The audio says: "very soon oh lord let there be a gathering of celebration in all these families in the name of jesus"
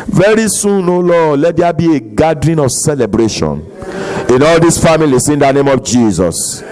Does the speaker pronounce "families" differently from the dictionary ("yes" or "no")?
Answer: yes